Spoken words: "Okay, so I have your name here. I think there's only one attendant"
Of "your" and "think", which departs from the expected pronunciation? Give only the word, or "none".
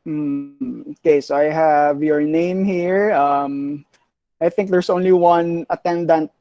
none